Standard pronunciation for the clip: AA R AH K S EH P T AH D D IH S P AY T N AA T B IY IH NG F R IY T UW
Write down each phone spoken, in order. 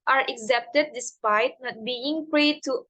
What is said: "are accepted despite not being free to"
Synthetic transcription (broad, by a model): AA R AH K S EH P T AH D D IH S P AY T N AA T B IY IH NG P R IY T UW